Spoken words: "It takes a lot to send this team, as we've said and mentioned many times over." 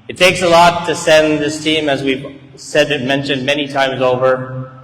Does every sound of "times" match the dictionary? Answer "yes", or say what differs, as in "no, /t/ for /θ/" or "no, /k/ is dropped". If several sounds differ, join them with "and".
yes